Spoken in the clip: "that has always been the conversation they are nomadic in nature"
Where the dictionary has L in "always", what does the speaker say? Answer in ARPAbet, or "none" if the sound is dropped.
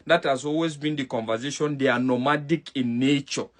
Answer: L